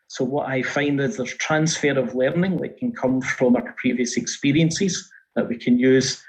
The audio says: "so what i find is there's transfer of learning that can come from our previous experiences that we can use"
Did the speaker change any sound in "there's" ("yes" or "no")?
yes